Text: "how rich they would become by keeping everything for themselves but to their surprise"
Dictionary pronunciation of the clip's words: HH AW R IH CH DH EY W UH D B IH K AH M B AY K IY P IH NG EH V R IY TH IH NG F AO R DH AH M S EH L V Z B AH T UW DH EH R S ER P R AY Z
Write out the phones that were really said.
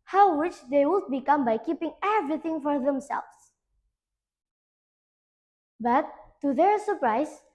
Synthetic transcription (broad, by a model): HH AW W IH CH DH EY W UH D B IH K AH M B AY K IY P IH NG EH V R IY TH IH NG F AO R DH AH M S EH L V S B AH T UW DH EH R S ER P R AY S